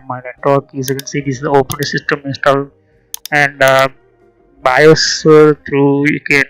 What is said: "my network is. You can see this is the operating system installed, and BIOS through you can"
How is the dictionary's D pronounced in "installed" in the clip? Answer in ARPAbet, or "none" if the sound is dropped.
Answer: none